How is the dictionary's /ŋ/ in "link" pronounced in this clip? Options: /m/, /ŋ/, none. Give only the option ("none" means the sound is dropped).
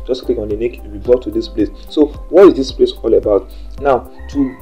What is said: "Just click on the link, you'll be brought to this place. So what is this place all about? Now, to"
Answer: none